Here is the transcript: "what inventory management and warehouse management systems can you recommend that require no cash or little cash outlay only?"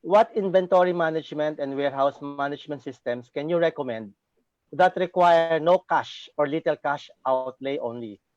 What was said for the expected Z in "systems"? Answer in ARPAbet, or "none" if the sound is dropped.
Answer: S